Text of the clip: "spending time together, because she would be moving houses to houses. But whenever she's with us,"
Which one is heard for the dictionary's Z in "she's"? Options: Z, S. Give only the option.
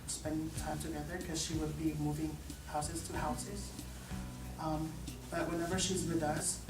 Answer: Z